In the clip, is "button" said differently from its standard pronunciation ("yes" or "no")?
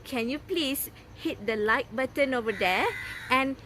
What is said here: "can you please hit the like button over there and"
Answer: no